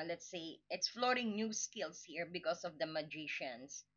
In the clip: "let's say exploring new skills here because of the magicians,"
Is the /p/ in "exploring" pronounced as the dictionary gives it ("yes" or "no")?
no